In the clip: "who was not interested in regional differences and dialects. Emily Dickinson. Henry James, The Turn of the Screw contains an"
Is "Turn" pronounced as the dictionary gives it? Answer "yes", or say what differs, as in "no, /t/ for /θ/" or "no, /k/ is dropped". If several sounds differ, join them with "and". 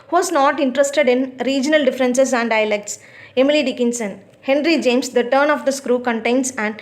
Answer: yes